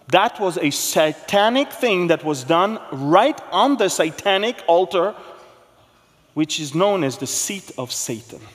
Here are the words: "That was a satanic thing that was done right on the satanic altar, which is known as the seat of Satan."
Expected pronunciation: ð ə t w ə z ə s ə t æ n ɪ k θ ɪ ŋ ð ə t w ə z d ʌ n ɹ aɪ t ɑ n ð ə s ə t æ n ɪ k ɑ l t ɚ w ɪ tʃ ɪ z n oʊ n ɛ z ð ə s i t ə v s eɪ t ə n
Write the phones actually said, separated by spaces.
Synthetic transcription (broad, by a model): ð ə t w ə z ə s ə t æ n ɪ k θ ɪ ŋ ð ə t w ə z d ʌ n ɹ aɪ t n ð ə s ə t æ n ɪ k ɑ l t ɚ w ɪ tʃ ɪ z n oʊ n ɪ z ð ə s i t ə v s eɪ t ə n